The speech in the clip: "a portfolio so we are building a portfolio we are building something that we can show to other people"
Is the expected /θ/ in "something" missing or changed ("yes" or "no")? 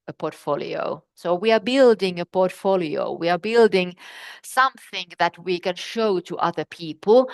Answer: no